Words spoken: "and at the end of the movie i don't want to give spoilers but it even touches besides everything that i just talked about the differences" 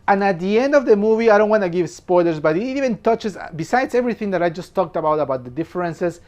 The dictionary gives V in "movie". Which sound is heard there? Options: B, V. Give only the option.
V